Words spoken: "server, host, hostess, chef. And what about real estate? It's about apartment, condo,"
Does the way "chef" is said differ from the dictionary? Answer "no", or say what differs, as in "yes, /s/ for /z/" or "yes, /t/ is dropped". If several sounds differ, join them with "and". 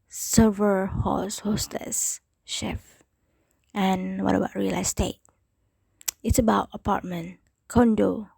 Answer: no